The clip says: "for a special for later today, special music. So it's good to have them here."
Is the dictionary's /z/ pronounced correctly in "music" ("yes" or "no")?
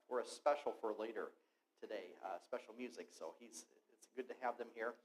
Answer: yes